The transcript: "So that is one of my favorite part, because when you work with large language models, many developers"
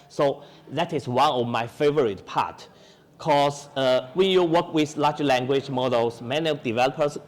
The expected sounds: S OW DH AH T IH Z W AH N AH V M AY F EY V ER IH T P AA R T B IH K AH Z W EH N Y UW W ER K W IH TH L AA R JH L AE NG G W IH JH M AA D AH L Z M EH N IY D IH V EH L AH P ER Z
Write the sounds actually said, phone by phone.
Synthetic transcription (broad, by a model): S OW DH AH T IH S W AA N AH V M AY F EY V ER IH T P AA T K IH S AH W EH N Y UW W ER K W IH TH L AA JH L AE NG G W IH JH M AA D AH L S M EH N IY D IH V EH L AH P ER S